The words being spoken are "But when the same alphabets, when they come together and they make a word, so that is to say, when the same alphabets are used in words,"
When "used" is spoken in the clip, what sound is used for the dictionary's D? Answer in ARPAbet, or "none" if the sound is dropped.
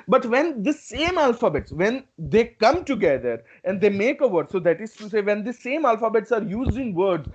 none